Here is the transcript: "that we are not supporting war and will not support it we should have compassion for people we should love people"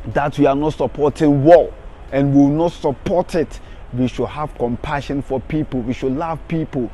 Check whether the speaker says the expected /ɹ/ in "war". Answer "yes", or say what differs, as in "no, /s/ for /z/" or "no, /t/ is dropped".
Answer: no, /l/ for /ɹ/